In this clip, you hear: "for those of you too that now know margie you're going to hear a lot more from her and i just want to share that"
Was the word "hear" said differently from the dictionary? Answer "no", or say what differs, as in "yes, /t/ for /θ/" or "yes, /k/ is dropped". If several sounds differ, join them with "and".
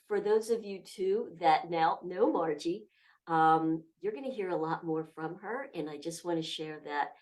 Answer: no